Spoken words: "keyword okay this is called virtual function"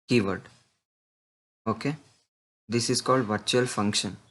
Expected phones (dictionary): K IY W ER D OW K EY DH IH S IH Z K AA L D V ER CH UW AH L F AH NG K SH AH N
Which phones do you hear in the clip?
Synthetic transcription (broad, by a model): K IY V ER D OW K EY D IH S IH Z K AA L D V ER CH UW AH L F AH NG K SH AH N